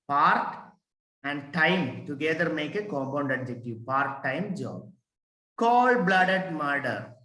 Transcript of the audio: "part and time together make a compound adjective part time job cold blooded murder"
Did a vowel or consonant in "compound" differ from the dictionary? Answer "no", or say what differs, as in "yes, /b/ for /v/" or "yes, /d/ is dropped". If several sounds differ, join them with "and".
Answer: no